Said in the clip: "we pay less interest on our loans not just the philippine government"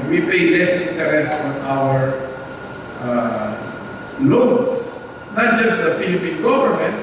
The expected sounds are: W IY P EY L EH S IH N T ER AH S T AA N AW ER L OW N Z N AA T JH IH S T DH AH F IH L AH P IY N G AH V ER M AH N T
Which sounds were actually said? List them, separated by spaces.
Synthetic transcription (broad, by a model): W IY P EY L EH S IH N T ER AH S T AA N AW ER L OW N S N AA T JH IH S T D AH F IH L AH P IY N G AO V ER M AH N T